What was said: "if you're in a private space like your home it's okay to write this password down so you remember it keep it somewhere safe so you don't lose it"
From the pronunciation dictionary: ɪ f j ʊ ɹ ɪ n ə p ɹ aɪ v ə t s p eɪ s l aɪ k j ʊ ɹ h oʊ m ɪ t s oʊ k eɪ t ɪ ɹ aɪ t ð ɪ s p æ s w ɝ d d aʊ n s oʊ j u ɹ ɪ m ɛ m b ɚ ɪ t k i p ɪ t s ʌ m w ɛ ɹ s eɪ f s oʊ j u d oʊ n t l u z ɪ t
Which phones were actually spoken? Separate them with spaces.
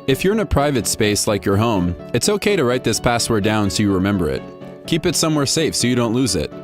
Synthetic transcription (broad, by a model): ɪ f j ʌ ɹ ɪ n ə p ɹ aɪ v ə t s p eɪ s l aɪ k j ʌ ɹ h oʊ m ɪ t s oʊ k eɪ t ɪ ɹ aɪ t ð ɪ s p æ s w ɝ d d aʊ n s oʊ j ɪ ɹ ɪ m ɛ m b ɚ ɪ t k i p ɪ t s ʌ m w ɛ ɹ s eɪ f s oʊ j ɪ d oʊ n t l u z ɪ t